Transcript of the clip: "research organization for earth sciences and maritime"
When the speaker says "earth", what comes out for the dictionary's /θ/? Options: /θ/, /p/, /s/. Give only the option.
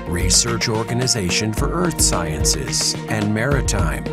/θ/